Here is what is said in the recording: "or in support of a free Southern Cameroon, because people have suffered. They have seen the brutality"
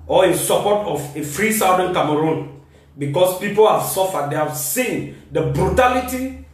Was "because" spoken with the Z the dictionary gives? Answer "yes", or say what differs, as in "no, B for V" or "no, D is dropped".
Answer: no, S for Z